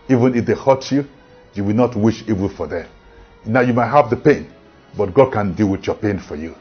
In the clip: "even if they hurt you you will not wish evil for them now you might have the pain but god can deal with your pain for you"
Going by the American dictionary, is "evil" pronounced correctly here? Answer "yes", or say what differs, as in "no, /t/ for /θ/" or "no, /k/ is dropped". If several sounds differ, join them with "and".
no, /n/ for /l/